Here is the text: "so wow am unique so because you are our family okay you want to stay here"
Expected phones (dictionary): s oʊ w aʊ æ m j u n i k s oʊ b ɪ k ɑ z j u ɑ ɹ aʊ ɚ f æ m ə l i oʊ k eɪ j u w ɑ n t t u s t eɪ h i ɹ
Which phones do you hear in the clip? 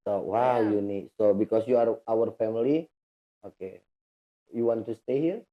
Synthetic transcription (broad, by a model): s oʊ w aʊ j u n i s oʊ b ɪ k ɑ s j u ɑ ɹ aʊ ɚ f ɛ m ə l i oʊ k eɪ j u w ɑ n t t u s t eɪ h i ɹ